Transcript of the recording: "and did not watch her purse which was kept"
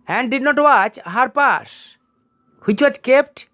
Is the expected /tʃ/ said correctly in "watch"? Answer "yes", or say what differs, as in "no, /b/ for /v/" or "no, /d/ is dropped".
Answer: yes